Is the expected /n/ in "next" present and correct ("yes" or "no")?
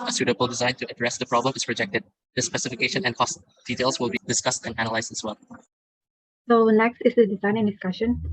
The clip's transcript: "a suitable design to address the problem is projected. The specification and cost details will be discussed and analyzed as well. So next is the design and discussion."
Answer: no